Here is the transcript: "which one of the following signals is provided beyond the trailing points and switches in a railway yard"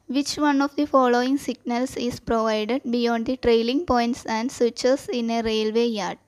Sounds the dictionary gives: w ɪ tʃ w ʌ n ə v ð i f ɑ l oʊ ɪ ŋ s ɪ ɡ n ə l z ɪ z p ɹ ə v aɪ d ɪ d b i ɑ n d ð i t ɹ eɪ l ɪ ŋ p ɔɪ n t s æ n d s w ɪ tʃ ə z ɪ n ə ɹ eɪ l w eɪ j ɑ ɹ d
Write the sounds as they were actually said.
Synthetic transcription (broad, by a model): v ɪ tʃ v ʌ n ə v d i f ɑ l oʊ ɪ ŋ s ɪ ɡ n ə l s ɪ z p ɹ ə v aɪ d ɪ d b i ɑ n d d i t ɹ eɪ l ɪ ŋ p ɔɪ n t s æ n d s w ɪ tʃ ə s ɪ n ə ɹ eɪ l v eɪ j ɑ ɹ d